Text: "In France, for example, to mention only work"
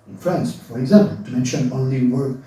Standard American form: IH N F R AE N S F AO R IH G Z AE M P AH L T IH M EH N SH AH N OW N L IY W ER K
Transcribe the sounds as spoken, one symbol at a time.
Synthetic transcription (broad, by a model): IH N F R AE N S F AO R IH G Z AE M P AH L T IH M EH N SH AH N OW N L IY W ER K